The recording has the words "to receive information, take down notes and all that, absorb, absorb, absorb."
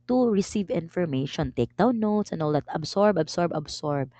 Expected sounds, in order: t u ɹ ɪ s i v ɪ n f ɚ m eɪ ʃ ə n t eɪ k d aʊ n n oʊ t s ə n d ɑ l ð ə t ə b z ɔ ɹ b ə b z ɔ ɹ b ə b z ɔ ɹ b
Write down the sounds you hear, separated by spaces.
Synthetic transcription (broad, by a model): t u ɹ ɪ s i v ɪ n f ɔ m eɪ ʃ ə n t eɪ k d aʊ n n oʊ t s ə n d ɑ l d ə t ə b s ɔ ɹ b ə b s ɔ ɹ b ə b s ɔ ɹ b